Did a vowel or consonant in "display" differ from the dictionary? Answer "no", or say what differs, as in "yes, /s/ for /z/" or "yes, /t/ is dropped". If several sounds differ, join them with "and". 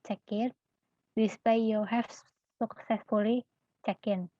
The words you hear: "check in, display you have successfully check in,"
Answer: yes, /l/ is dropped